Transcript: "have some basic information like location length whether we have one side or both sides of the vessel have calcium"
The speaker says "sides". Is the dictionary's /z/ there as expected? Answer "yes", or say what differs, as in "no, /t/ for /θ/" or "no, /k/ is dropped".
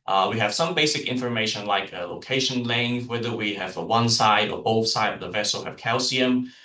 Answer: no, /z/ is dropped